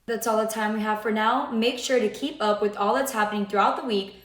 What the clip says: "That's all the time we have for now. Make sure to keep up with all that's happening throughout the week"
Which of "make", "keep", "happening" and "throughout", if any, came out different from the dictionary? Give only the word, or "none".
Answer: none